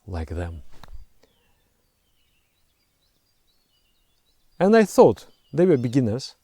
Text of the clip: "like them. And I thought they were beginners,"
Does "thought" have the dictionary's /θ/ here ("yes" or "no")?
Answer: yes